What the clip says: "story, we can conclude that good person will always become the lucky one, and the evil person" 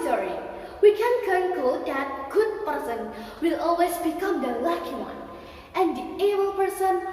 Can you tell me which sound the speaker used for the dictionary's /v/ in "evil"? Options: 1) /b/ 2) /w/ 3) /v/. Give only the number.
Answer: 1